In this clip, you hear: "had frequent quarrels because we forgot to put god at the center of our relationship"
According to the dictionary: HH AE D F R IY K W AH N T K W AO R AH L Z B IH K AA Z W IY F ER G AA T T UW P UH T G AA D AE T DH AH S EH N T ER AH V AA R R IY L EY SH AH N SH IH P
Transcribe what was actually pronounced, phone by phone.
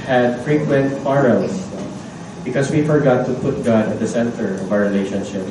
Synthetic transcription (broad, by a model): HH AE D F R IY K W AH N T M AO R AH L S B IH K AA S W IY F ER G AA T T UW P UH T G AA D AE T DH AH S EH N T ER AH V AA W R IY L EY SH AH N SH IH P